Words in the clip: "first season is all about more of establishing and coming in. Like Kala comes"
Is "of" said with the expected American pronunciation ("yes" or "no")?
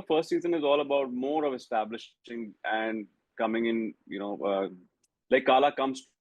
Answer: yes